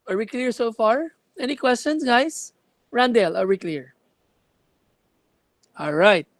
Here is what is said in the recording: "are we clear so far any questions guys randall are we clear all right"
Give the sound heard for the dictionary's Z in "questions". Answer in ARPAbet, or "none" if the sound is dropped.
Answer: S